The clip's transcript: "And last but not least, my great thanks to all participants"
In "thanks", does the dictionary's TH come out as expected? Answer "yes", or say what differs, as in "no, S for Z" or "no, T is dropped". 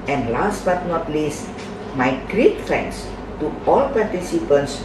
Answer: no, F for TH